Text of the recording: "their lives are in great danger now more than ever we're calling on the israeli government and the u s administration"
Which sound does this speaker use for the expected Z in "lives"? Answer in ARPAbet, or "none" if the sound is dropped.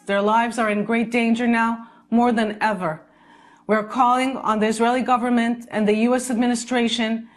Z